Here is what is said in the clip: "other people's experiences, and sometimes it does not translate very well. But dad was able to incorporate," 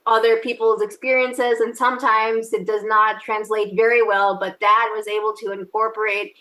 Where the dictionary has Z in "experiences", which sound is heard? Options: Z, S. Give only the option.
Z